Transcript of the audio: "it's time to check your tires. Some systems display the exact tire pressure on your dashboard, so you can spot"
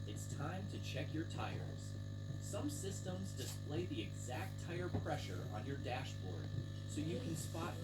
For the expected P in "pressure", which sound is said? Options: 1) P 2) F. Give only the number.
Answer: 1